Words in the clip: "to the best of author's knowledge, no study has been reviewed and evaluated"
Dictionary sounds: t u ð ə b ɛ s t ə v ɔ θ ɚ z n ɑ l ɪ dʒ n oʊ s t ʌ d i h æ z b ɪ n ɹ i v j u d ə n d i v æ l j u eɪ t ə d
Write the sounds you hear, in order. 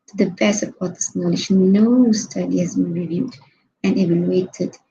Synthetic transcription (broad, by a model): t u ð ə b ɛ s ə p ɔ t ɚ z n ɑ l ɪ dʒ n oʊ s t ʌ d i h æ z b ɪ n ɹ i v j u d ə n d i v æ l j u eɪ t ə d